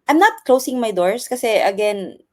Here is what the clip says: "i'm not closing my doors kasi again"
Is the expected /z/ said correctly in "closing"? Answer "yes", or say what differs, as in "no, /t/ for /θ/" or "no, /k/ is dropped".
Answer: no, /s/ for /z/